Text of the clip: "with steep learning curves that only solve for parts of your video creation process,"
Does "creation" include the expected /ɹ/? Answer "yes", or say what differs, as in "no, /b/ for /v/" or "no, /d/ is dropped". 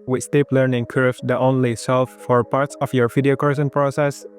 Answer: no, /ɹ/ is dropped